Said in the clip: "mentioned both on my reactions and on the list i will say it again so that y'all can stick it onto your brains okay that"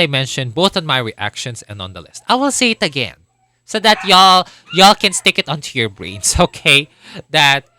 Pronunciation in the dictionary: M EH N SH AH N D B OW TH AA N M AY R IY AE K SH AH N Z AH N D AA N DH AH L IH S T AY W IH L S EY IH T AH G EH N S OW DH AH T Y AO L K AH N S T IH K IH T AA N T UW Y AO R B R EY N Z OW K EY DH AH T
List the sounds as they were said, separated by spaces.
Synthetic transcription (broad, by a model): M EH N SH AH N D B OW TH AA N M AY R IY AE K SH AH N S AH N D AA N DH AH L IH S T AY W IH L S EY IH T AH G EH N S OW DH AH T Y AO L K AH N S T IH K IH T AA N T UW Y AO R B R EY N S OW K EY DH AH T